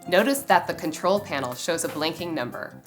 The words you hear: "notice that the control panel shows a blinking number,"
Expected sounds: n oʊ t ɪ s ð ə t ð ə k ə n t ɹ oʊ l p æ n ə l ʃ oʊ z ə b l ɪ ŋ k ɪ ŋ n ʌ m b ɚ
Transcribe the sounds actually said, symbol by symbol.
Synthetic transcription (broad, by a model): n oʊ t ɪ s ð ə t ð ə k ə n t ɹ oʊ l p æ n l ʃ oʊ z ə b l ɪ ŋ k ɪ ŋ n ʌ m b ɚ